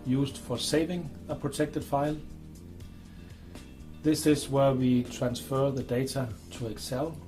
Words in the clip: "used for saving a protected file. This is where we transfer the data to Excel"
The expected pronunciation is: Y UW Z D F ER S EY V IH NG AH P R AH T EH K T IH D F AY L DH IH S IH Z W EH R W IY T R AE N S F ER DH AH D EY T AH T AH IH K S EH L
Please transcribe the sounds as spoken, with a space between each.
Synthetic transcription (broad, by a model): Y UW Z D F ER S EY V IH NG AH P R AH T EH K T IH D F AY L DH IH S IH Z W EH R W IY T R AE N S F ER DH AH D EY T AH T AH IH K S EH L